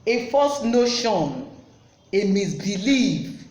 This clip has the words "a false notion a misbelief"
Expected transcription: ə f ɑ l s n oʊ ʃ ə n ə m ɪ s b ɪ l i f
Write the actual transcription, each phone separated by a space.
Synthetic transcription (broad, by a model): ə f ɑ s n oʊ ʃ ə n ə m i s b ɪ l i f